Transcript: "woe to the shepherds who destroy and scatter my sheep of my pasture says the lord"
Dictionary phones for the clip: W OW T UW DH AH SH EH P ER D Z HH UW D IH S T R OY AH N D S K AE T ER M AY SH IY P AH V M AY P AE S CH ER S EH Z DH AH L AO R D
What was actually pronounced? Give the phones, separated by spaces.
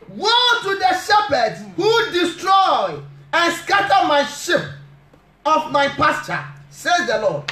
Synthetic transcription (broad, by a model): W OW T UW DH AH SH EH P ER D S HH UW D IH S T R OY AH N S K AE T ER M AY SH IY P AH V M AY P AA S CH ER S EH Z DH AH L AO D